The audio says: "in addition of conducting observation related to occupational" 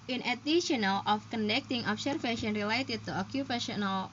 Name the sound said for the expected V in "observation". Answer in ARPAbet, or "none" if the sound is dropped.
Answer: F